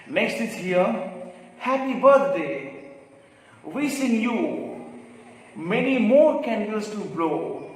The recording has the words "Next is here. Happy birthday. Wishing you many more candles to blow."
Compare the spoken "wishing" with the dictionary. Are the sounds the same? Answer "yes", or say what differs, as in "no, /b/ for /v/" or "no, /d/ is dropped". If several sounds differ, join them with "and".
no, /s/ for /ʃ/